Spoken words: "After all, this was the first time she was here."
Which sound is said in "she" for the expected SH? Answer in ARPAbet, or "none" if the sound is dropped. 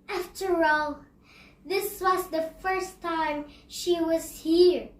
SH